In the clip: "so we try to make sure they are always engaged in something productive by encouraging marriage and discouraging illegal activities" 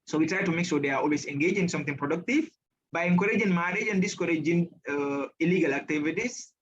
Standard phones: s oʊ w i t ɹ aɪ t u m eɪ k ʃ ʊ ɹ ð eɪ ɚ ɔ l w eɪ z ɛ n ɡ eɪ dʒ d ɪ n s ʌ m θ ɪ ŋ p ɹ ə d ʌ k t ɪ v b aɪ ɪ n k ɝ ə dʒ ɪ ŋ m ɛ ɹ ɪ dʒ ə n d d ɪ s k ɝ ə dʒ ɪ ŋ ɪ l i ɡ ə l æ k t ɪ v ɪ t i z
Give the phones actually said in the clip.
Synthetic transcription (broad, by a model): s oʊ w i t ɹ aɪ t u m eɪ k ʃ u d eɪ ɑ ɔ l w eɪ s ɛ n ɡ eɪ dʒ ɪ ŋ s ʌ m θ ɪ ŋ p ɹ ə d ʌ k t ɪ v b aɪ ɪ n k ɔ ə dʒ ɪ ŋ m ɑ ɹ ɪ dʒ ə n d d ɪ s k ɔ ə dʒ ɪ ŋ ɪ l i ɡ ə l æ k t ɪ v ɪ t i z